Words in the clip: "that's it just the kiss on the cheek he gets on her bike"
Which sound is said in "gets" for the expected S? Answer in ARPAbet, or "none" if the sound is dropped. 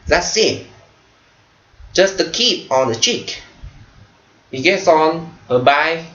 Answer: S